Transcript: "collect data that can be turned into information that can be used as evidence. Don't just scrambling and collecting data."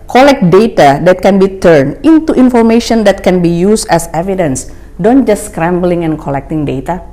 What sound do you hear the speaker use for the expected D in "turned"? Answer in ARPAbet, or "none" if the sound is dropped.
none